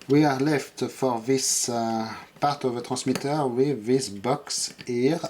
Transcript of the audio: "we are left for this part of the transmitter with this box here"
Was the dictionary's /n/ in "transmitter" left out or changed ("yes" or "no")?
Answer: yes